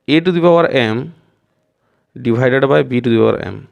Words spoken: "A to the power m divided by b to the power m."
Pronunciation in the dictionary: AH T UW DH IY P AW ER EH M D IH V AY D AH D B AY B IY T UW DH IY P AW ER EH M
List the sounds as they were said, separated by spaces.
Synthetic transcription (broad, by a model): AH T UW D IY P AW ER EH M D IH B AY D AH D B AY B IY T UW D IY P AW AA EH M